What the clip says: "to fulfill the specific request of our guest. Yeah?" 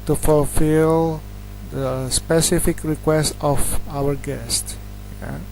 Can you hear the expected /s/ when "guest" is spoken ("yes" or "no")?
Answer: yes